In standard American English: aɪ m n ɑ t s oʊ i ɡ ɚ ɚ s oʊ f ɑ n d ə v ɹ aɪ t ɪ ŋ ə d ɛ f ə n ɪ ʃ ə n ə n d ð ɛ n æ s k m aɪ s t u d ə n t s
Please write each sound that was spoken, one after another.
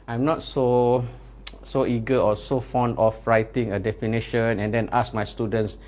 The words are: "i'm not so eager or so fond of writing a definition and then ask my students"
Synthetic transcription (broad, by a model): aɪ m n ɑ t s oʊ i ɡ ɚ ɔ s oʊ f ɑ n d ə f ɹ aɪ t ɪ ŋ ə d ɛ f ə n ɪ ʃ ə n ə n d ɛ n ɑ s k m aɪ s t u d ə n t s